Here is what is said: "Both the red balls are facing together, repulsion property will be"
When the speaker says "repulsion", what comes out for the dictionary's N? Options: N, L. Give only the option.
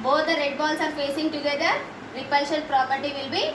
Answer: L